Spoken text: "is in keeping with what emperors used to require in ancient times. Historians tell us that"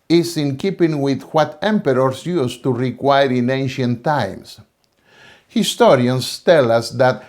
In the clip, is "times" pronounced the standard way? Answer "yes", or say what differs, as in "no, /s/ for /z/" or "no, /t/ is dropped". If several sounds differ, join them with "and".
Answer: no, /s/ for /z/